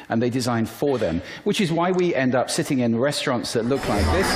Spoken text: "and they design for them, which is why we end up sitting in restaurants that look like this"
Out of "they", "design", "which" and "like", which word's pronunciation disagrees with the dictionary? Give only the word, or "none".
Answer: none